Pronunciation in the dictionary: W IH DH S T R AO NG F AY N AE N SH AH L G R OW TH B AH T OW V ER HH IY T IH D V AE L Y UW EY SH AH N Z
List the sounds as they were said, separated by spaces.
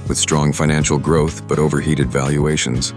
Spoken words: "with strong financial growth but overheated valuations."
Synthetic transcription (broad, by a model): W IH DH S T R AO NG F AY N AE N SH L G R OW TH B AH T OW V ER HH IY T IH D V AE L Y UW EY SH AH N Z